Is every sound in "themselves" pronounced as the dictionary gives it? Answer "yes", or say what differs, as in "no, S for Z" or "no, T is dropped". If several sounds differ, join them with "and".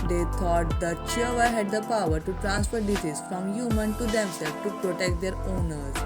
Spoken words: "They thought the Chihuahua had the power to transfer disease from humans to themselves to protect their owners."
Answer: no, Z is dropped